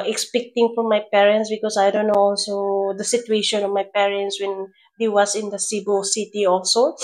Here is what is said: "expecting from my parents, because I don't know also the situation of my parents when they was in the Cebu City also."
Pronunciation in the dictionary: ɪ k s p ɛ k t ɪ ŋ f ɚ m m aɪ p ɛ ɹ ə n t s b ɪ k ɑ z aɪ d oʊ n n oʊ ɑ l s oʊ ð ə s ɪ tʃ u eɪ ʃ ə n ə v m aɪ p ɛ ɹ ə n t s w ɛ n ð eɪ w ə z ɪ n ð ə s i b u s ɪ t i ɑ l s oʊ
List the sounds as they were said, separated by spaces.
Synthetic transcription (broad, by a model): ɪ k s p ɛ k t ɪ ŋ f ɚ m m aɪ p ɛ ɹ ə n t s b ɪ k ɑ s aɪ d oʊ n n oʊ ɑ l s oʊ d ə s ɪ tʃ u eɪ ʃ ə n ə v m aɪ p ɛ ɹ ə n t s w ɛ n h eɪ w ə s ɪ n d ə s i b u s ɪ t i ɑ l s oʊ